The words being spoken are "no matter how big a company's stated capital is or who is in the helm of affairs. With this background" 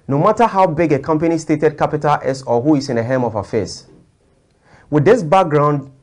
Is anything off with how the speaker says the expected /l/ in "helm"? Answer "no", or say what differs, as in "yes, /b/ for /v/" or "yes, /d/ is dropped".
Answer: yes, /l/ is dropped